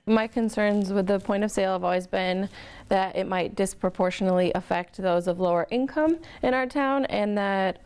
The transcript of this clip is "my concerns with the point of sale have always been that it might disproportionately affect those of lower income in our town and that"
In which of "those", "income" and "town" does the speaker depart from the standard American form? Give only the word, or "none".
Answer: none